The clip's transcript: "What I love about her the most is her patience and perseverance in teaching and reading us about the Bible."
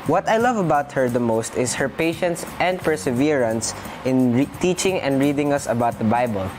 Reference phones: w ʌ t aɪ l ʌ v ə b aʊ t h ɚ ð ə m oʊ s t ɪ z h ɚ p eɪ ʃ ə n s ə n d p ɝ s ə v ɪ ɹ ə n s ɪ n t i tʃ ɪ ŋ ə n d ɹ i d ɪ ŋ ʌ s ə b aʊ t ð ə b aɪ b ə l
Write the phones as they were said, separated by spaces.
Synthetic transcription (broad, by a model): w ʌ t aɪ l ʌ v ə b aʊ t h ɚ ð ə m oʊ s t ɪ s h ɚ p eɪ ʃ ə n s ə n d p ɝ s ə v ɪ ɹ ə n s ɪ n t i tʃ ɪ ŋ ə n d ɹ i d ɪ ŋ ʌ s ə b aʊ t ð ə b aɪ b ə l